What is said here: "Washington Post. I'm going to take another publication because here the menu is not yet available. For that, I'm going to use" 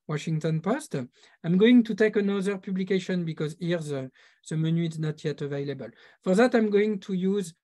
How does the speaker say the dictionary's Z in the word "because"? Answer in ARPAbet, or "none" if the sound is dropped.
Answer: Z